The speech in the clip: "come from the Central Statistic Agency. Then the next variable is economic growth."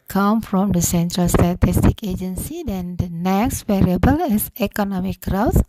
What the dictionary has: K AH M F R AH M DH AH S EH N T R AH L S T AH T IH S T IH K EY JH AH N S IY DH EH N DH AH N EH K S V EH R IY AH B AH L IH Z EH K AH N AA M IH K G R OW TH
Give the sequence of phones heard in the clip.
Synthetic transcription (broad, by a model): K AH M F R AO M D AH S EH N T R AH L S T AH T IH S T IH K EY JH AH N S IY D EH N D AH N EH K S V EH R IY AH B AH L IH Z EH K AH N AA M IH K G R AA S